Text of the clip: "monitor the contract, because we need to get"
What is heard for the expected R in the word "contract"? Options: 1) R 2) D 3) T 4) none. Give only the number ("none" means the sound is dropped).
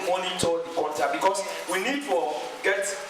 4